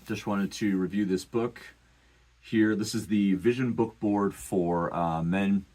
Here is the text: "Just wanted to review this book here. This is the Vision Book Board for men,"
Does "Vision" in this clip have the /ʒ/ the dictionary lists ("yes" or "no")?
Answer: yes